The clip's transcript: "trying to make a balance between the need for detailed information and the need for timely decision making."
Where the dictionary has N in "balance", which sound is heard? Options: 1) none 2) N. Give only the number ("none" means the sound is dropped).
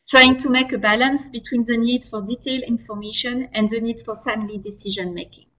2